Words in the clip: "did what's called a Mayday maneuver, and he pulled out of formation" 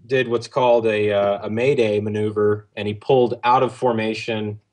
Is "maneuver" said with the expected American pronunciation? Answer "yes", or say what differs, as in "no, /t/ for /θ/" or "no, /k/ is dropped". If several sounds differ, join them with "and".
yes